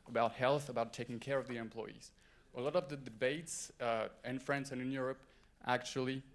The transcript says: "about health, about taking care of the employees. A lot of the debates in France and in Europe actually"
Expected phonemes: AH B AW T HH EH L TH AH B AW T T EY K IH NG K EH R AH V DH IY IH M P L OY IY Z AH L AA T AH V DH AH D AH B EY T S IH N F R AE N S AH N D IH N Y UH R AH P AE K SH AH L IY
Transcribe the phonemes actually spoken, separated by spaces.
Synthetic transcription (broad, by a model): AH B AW T HH EH L TH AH B AW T T EY K IH NG K EH R AH V DH IY IH M P L OY IY Z AH L AA T AH V DH AH D AH B EY T S IH N F R AE N S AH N IH N Y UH R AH P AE K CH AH L IY